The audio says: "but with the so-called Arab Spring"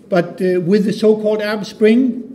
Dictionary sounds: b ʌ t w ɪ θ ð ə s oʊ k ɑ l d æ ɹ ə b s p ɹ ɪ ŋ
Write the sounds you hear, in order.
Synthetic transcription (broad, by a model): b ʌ t w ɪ ð ə s oʊ k ɑ l d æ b s p ɹ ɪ ŋ